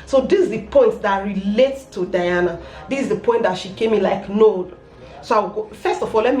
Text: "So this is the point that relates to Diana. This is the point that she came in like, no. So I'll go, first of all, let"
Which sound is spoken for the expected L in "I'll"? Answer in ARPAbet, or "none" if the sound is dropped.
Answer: W